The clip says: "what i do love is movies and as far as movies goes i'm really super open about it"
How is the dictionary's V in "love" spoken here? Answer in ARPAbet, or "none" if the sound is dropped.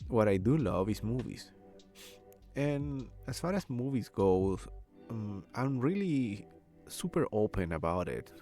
V